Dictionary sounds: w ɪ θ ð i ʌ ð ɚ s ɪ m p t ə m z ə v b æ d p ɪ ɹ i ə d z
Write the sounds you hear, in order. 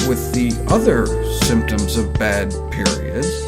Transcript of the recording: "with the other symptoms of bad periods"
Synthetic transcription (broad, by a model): w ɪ ð i ʌ ð ɚ s ɪ m p t ə m z ə v b æ d p ɪ ɹ i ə d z